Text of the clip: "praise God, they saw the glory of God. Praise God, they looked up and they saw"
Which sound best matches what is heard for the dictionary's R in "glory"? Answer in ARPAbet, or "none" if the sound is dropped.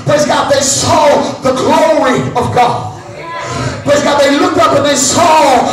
R